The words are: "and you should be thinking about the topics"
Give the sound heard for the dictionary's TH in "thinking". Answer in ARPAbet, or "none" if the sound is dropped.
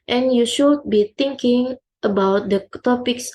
T